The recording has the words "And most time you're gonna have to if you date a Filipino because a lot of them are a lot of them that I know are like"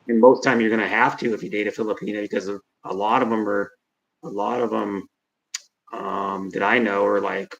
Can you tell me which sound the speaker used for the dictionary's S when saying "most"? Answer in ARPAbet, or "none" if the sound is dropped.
TH